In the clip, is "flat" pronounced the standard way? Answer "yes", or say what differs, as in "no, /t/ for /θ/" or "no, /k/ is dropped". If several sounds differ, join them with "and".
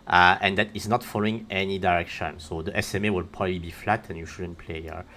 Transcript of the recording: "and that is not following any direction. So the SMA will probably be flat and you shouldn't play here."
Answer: yes